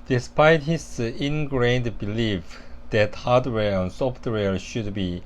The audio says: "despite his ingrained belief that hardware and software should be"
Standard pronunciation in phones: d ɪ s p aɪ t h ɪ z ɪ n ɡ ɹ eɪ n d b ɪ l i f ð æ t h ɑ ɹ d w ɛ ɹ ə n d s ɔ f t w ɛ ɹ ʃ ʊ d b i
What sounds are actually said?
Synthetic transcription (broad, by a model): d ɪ s p aɪ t h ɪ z ɪ n ɡ ɹ eɪ n d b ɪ l i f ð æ t h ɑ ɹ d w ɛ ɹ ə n s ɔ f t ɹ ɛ l ʃ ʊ d b i